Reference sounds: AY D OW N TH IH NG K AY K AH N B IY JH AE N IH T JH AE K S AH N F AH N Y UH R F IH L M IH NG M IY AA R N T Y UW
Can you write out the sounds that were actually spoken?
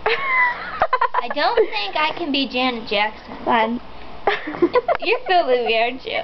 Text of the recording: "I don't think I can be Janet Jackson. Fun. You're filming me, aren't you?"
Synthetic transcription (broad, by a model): AY D OW N TH IH NG K AY K AH N B IY JH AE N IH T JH AE K S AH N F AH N Y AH R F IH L IH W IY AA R N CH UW